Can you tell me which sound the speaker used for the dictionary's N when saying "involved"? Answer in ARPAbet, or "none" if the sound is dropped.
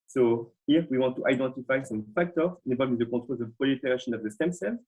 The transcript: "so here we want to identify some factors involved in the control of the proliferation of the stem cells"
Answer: none